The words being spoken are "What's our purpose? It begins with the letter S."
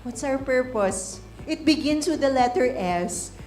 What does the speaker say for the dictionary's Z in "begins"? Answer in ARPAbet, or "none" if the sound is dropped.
S